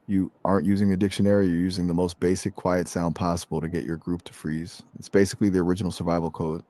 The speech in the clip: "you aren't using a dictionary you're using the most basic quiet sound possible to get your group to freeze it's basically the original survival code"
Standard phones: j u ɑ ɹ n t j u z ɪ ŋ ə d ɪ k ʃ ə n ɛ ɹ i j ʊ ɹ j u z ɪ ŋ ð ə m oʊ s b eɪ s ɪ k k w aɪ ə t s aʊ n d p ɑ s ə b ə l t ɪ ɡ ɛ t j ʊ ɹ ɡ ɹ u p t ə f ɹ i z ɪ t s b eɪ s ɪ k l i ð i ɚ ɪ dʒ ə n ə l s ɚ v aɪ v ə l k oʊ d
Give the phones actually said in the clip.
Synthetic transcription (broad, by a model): j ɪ ɑ ɹ n t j u z ɪ ŋ ə d ɪ k ʃ ə n ɛ ɹ i j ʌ ɹ j u z ɪ ŋ ð ə m oʊ s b eɪ s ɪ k k w aɪ ə t s aʊ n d p ɑ s ə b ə l t ɪ ɡ ɛ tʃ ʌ ɹ ɡ ɹ u p t ə f ɹ i z ɪ t s b eɪ s ɪ k l i ð i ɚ ɪ dʒ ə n l s ɚ v aɪ v l k oʊ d